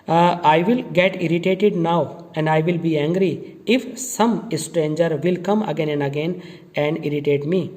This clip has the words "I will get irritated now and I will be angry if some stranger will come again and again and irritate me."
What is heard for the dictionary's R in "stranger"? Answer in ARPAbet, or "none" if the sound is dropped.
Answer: R